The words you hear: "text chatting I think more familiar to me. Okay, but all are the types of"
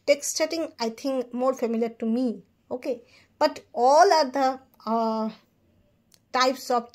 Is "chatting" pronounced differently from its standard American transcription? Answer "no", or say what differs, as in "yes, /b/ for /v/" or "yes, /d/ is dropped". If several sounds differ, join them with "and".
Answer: yes, /s/ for /tʃ/